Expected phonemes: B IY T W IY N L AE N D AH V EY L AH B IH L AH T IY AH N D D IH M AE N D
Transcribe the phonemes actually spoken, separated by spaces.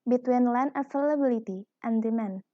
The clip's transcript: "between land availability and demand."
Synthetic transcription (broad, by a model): B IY T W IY N L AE N AH F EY L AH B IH L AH T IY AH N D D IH M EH N